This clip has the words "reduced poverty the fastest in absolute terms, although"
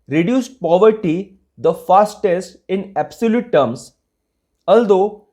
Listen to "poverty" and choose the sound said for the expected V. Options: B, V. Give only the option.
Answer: V